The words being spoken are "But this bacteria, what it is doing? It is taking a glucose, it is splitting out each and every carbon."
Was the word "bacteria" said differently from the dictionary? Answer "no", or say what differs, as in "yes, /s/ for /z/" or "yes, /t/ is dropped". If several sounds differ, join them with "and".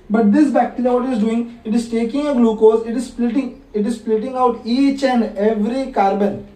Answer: yes, /l/ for /ɹ/